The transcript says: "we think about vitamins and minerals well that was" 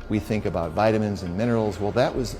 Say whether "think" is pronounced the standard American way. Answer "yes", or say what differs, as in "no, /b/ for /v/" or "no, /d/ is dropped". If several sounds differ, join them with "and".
yes